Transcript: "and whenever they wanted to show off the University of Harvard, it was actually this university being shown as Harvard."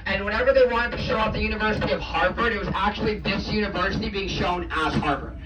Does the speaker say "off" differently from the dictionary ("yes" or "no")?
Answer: yes